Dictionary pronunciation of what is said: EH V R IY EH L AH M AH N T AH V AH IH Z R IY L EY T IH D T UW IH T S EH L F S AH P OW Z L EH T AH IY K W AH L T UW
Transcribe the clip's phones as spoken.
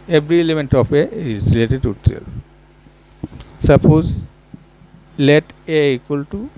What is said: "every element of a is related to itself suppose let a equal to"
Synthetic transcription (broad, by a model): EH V R IY EH L AH M AH N T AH P AH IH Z R IY L EY T IH D T UW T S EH L S AH P OW Z L EH T AH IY K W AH L T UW